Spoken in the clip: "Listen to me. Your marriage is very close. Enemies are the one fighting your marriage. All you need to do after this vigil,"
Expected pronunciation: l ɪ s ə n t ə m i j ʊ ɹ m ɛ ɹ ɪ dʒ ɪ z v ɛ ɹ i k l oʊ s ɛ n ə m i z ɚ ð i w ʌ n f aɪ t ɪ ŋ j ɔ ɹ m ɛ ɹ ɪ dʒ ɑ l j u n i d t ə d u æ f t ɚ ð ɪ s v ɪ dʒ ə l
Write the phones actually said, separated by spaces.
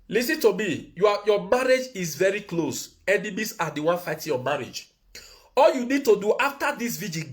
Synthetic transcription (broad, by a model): l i s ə n t ə m i j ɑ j m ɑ ɹ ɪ dʒ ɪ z v ɛ ɹ i k l oʊ s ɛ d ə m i s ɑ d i w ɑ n f aɪ t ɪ j ɔ m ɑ ɹ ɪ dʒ ɑ l j u n i d t ə d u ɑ f t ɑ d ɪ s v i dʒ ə